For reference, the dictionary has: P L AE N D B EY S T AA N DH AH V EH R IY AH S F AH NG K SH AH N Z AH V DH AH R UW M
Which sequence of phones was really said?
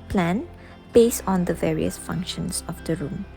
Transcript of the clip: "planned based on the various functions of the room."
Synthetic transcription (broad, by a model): P L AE N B EY S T AA N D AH V EH R IY AH S F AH NG K SH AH N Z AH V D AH R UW M